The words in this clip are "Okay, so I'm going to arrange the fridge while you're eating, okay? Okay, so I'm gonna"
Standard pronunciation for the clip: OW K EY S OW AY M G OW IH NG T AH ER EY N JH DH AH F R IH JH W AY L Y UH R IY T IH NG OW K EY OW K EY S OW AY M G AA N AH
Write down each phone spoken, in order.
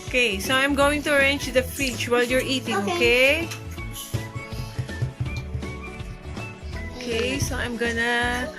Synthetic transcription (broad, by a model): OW K EY S OW AY M G OW IH NG T AH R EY N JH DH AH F IH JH W AY L Y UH R IY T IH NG OW K EY OW K EY S OW AY M G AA N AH